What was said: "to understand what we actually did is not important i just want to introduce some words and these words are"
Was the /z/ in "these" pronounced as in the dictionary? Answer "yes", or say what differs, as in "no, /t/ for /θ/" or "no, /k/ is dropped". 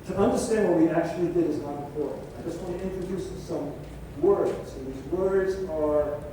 yes